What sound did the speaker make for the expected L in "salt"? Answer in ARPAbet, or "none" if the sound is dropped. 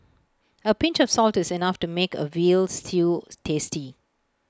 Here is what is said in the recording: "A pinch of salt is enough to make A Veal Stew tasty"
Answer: L